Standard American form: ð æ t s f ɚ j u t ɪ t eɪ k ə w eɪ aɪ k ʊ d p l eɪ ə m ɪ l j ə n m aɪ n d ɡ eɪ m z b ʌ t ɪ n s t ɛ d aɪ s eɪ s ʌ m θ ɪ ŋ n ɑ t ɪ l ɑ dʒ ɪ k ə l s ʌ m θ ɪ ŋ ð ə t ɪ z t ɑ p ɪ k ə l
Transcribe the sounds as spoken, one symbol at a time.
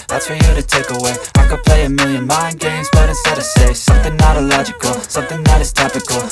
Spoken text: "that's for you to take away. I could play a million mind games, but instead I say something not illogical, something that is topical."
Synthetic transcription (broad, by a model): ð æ t s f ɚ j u t ɪ t eɪ k ə w eɪ aɪ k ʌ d p l eɪ ə m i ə n m aɪ n ɡ eɪ m z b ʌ t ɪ s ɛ d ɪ s eɪ s ʌ m θ ɪ ŋ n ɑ t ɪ l ɑ dʒ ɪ k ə l s ʌ m θ ɪ ŋ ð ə t ɪ z t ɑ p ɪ k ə l